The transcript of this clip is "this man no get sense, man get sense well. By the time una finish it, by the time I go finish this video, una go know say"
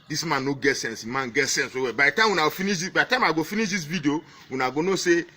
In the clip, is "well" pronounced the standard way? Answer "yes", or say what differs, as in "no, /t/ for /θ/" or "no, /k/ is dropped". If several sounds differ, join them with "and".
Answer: no, /w/ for /l/